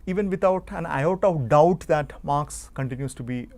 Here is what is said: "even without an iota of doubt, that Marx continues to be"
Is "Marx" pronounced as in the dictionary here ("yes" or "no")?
yes